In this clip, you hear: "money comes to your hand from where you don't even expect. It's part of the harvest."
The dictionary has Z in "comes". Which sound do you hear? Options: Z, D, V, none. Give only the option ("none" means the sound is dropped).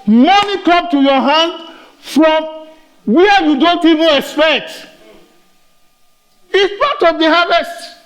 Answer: none